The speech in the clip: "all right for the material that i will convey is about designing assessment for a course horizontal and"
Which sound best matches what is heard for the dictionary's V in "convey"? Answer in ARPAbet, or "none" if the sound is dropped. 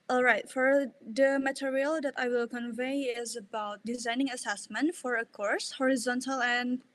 V